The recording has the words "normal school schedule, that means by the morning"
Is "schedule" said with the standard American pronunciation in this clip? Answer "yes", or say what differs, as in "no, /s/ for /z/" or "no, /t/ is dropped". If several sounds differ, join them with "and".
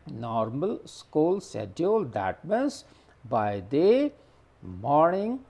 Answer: no, /k/ is dropped